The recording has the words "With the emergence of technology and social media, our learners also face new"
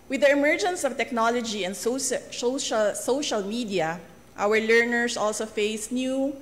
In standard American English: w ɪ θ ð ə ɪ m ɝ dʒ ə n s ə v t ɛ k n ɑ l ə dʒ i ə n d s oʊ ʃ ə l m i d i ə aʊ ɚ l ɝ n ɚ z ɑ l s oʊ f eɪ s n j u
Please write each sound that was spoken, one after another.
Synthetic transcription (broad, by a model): w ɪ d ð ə ɪ m ɝ dʒ ə n s ə v t ɛ k n ɑ l ə dʒ i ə n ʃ s oʊ ʃ ə l m i d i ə aʊ ɚ l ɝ n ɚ s ɑ l s oʊ f eɪ s n j u